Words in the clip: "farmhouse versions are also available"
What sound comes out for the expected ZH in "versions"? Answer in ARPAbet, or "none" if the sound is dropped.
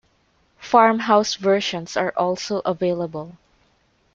SH